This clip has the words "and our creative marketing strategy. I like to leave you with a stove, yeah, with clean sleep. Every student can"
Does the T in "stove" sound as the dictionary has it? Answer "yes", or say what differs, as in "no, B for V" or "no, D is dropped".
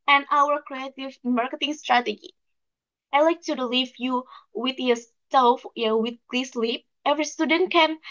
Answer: no, S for T